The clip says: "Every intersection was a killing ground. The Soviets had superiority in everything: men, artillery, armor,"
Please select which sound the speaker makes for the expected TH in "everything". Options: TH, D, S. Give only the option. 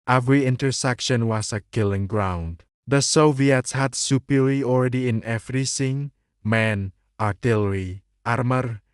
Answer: S